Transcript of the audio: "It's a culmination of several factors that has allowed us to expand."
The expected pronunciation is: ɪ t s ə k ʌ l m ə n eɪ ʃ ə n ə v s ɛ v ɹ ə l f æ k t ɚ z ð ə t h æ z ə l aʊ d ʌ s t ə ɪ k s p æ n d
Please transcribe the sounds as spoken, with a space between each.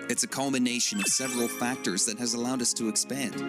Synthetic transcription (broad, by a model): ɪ t s ə k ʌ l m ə n eɪ ʃ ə n ə v s ɛ v ɹ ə l f æ k t ɚ z ð ə t h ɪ z ə l aʊ d ʌ s t ə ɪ k s p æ n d